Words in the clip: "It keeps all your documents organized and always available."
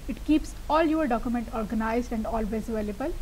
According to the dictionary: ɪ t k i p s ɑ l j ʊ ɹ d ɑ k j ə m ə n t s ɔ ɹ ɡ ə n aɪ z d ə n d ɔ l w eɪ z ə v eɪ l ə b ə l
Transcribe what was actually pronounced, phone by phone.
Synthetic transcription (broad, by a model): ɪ t k i p s ɑ l j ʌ ɹ d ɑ k j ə m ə n t ɔ ɹ ɡ ə n aɪ z d ə n d ɔ l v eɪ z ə v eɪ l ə b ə l